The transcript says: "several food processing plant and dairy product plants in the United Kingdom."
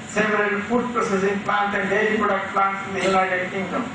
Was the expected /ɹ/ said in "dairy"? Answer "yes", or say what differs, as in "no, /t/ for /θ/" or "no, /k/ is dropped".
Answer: no, /l/ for /ɹ/